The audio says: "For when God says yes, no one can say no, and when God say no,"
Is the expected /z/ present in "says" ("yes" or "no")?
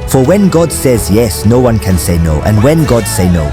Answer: yes